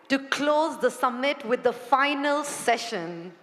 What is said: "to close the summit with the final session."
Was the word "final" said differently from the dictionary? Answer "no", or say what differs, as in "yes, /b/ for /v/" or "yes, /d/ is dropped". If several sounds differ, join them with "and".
no